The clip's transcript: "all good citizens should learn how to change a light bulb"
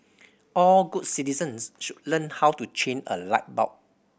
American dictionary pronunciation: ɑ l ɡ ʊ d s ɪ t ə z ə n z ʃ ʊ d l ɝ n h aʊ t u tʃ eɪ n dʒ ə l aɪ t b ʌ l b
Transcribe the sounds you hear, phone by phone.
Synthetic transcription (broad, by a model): ɑ l ɡ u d s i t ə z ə n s ʃ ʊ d l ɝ n h aʊ t u tʃ eɪ n ə l aɪ t b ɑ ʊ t